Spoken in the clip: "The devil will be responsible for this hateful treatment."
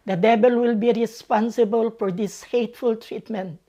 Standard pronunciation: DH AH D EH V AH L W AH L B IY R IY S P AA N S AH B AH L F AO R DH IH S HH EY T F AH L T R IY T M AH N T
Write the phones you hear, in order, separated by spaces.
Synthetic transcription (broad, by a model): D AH D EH B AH L W AH L B IY R IY S P AA N S AH B AH L F AO R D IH S HH EY T F AH L T R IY T M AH N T